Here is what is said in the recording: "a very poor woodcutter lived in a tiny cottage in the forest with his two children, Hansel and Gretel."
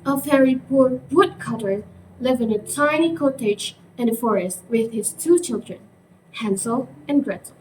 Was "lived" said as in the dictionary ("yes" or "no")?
no